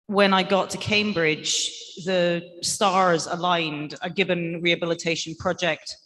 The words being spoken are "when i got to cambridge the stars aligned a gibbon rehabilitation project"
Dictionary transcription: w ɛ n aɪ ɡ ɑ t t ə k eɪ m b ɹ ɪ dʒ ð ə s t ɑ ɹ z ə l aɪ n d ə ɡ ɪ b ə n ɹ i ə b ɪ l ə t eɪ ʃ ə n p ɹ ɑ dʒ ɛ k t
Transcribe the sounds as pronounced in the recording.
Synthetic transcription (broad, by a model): w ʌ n aɪ ɡ ɑ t t ə k eɪ m b ɹ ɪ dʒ ð ə s t ɑ ɹ z ə l aɪ n d ə ɡ ɪ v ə n ɹ i ə b ɪ l ə t eɪ ʃ ə n p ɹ ɑ dʒ ɛ k t